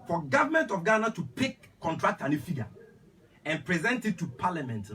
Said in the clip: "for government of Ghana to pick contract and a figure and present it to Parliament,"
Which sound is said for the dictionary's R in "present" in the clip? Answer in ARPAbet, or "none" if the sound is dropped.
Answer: R